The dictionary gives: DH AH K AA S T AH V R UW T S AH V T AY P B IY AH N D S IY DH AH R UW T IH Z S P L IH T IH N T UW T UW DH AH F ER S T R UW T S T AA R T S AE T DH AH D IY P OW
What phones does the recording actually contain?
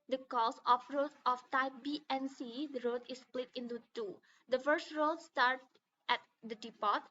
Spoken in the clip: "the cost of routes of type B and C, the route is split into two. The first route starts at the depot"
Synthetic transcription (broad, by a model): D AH K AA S AH F R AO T AH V T AY P B IY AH N S IY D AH R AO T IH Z S P L IH T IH N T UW T UW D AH F ER S T R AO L S T AA R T AE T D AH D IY P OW